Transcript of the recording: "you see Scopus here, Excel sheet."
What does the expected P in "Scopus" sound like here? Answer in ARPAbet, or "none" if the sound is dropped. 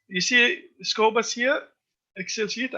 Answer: B